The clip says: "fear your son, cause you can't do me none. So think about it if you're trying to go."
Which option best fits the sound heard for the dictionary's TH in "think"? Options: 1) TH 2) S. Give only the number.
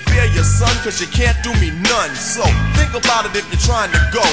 1